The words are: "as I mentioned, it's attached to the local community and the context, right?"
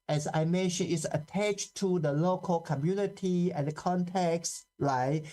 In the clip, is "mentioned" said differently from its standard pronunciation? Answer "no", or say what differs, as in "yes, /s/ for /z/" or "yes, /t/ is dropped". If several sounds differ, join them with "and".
yes, /d/ is dropped